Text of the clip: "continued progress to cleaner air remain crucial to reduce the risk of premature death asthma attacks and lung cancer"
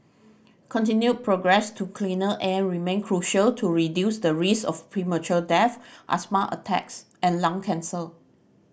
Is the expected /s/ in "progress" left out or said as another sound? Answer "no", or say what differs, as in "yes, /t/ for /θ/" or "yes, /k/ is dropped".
no